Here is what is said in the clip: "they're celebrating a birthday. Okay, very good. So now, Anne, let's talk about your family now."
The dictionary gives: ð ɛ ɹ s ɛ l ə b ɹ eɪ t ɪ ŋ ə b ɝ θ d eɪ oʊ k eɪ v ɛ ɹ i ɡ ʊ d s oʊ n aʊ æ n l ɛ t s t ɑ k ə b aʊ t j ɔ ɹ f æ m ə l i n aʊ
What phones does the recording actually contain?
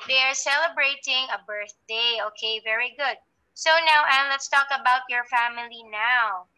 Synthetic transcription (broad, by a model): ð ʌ ɹ s ɛ l ə b ɹ eɪ t ɪ ŋ ə b ɝ θ d eɪ oʊ k eɪ v ɛ ɹ i ɡ ʊ d s oʊ n aʊ æ n l ɛ t s t ɑ k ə b aʊ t j ɔ ɹ f æ m ə l i n aʊ